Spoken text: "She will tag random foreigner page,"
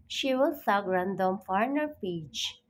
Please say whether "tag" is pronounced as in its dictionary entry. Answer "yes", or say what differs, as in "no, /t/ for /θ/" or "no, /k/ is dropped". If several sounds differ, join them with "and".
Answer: no, /s/ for /t/